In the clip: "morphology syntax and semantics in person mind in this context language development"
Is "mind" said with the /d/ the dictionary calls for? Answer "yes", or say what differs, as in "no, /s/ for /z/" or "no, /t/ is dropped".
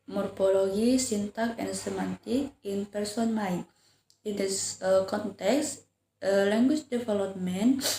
no, /d/ is dropped